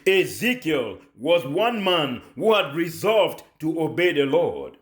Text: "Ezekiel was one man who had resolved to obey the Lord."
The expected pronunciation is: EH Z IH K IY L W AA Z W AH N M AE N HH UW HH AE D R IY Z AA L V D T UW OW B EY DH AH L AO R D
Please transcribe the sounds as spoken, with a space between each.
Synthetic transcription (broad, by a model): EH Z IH K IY L W AA Z W AH N M AE N HH UW HH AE D R IY Z AA L V D T UW OW B EY DH AH L AO R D